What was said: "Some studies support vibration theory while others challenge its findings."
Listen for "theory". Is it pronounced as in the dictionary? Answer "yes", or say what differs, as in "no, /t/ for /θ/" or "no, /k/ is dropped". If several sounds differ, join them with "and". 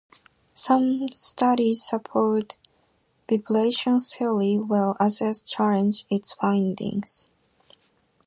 no, /s/ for /θ/ and /l/ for /ɹ/